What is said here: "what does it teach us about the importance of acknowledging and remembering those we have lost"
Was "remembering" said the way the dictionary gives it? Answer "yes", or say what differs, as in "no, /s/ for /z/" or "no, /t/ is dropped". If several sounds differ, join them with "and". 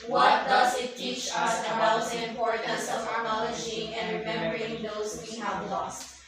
no, /b/ is dropped